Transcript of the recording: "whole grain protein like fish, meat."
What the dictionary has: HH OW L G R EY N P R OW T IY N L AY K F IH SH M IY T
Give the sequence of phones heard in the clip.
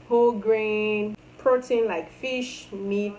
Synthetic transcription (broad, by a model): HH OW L G R EY N P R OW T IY N L AY K F IH SH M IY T